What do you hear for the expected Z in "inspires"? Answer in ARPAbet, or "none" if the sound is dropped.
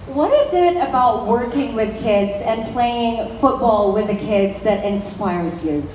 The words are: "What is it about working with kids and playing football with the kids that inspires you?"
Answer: Z